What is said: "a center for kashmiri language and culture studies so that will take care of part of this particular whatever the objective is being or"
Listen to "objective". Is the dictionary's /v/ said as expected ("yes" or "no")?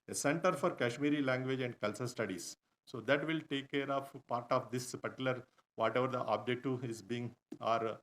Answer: no